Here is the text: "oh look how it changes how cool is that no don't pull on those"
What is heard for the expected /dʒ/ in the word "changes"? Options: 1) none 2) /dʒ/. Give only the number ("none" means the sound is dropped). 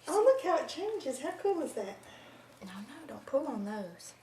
2